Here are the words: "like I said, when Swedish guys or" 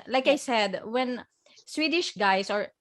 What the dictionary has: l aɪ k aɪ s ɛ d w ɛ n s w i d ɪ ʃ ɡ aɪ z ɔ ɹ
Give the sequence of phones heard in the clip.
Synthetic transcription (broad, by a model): l aɪ k aɪ s ɛ d w ɛ n s w i d ɪ ʃ ɡ aɪ s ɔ ɹ